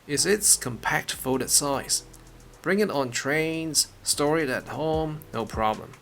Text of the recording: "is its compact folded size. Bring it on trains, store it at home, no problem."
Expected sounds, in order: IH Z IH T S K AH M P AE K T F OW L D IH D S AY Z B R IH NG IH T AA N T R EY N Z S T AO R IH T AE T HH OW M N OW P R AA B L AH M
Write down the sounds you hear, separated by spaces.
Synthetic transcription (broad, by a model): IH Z IH T S K AH M P AE K T F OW D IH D S AY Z B R IH NG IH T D N T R EY N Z S T AO R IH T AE T HH OW M N OW P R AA B L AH M